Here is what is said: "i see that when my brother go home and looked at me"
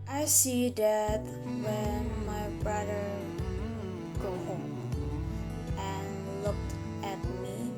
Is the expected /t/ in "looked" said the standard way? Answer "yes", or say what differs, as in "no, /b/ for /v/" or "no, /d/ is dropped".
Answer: yes